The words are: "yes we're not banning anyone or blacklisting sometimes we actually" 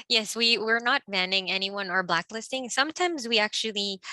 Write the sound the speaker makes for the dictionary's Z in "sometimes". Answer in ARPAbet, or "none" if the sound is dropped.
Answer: Z